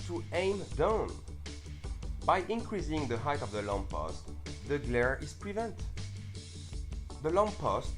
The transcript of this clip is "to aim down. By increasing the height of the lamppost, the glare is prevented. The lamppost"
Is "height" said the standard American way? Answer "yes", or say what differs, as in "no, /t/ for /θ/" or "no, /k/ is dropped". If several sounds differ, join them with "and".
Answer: yes